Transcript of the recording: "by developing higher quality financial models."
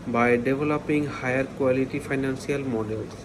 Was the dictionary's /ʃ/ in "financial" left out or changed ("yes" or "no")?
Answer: yes